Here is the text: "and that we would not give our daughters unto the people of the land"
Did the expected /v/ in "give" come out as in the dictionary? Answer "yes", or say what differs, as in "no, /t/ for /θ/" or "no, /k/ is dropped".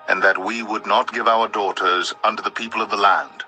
yes